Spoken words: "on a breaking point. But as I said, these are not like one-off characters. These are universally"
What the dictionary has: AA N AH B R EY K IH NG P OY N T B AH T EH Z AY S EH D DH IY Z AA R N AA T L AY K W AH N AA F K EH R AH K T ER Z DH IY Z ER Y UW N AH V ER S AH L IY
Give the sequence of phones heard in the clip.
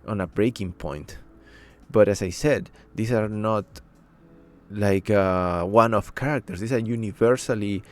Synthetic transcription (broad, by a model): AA N AH B R EY K IH NG P OY N T B AH T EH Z AY S EH D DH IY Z AA R N AA T L AY K W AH N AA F K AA R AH K T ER S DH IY S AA Y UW N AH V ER S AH L IY